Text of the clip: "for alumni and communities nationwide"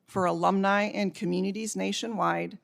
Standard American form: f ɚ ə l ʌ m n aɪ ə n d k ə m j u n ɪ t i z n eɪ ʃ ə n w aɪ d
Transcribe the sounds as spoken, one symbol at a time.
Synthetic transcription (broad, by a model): f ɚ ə l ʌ m n aɪ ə n k ə m j u n ɪ t i z n eɪ ʃ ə n w aɪ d